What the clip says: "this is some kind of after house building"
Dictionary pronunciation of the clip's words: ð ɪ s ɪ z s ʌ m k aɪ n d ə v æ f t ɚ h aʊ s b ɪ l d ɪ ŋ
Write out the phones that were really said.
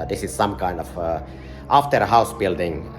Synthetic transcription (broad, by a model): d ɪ s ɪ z s ʌ m k aɪ n d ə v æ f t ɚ h aʊ s b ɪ l d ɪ ŋ